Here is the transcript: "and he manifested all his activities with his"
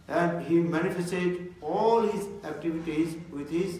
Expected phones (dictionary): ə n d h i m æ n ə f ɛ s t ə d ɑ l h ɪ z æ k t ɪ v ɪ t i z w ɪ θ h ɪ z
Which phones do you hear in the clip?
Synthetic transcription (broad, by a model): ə n d h i m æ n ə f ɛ s t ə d ɑ l h ɪ z æ k t ɪ v ɪ t i z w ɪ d h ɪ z